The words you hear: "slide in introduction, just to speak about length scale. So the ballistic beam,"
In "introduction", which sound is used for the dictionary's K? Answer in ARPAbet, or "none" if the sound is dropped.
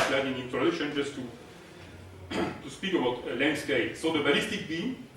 none